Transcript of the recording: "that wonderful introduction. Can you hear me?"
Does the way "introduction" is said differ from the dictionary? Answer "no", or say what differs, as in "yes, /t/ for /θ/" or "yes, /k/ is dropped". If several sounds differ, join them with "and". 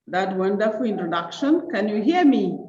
no